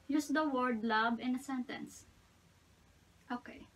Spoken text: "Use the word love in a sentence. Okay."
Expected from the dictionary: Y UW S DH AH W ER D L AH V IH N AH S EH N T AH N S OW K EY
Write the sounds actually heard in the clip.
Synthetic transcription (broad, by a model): Y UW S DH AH W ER D L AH B IH N AH S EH N T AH N S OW K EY